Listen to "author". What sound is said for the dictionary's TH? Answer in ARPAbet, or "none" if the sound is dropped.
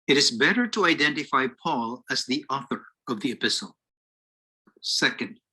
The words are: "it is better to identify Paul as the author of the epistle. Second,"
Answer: TH